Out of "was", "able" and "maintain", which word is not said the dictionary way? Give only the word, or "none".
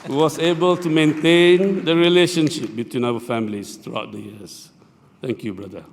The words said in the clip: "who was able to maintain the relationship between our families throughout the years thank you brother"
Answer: was